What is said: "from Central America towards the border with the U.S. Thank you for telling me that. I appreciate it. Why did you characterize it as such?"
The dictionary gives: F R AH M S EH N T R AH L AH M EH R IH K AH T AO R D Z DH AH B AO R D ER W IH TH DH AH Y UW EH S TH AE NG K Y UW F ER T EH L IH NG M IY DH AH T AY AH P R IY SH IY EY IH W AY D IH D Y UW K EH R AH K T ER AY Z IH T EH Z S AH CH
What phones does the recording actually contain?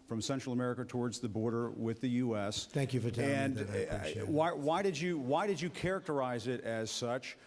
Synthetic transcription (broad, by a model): F R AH M S EH N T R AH L AH M EH R IH K AH T AO R D Z DH AH B AO R D ER W IH DH AH Y UW EH S TH AE NG K Y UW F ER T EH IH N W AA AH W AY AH R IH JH IH W AY D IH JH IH K EH R AH K T ER AY Z IH T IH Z S AH CH